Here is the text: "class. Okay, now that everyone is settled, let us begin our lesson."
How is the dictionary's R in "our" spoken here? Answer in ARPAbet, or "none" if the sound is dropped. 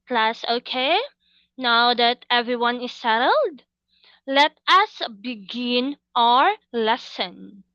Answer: R